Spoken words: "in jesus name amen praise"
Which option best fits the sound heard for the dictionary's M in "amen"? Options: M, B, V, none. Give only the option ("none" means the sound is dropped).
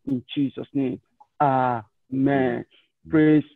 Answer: M